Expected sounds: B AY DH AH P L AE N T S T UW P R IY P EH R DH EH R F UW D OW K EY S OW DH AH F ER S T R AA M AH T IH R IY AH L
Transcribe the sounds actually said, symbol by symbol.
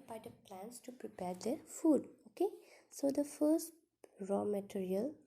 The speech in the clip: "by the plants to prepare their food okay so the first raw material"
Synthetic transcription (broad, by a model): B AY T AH P L AE N T S T UW P R IY P EH R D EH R F UW D OW K EY S OW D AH F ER S T R AA M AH T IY R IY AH L